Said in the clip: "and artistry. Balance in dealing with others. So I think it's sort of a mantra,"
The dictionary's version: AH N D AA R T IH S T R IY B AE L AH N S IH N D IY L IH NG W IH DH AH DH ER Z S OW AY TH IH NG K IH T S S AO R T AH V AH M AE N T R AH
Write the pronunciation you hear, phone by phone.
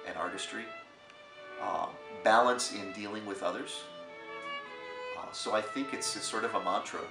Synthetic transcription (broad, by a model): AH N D AA R T IH S T R IY B AE L AH N S IH N D IY L IH NG W IH DH AH DH ER Z S OW AY TH IH NG K IH T S S AO R T AH V AH M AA N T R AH